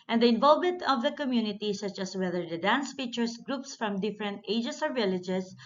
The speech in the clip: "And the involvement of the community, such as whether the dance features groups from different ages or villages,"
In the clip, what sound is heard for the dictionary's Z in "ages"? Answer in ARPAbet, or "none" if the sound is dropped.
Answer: S